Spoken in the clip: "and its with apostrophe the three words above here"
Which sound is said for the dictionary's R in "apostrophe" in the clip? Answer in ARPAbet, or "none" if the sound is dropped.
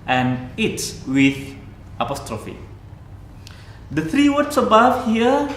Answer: R